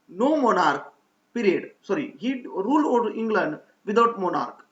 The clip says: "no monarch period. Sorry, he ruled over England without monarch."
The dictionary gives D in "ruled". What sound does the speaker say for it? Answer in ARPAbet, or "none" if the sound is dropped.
none